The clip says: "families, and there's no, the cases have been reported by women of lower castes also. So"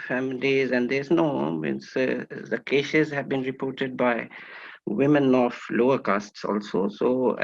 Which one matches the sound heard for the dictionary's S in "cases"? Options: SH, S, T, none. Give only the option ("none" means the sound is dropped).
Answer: SH